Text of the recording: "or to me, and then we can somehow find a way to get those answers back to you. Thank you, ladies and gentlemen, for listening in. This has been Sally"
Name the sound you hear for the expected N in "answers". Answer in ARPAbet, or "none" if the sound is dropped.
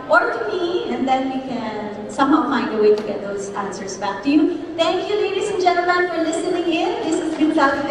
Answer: N